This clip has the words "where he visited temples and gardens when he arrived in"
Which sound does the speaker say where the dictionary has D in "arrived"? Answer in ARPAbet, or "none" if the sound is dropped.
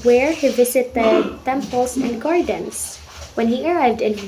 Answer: D